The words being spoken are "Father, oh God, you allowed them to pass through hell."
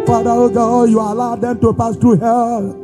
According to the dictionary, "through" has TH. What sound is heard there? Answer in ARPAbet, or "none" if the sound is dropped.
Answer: T